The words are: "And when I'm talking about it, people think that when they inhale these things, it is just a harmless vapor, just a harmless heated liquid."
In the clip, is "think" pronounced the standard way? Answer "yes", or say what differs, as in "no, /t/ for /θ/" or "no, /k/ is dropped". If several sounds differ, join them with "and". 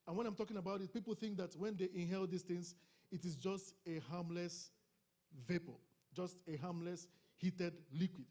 yes